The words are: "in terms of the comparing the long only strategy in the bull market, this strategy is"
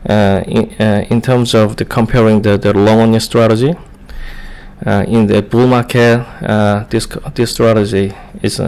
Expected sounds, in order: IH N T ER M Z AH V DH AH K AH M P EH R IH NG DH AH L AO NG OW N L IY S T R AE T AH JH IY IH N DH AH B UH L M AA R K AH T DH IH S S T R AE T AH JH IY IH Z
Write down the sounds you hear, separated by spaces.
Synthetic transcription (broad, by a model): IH N T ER M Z AH V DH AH K AH M P EH R IH NG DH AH L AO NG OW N IY S T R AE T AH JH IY IH N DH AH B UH L M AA K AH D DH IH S S T R AE T AH JH IY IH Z